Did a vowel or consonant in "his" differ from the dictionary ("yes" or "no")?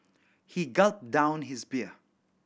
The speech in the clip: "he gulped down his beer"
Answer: no